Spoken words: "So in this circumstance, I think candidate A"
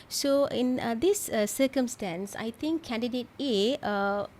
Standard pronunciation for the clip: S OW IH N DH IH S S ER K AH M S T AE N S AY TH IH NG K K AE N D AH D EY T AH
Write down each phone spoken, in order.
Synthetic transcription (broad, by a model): S OW IH N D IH S S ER K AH M S T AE N S AY T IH NG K K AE N D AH D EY T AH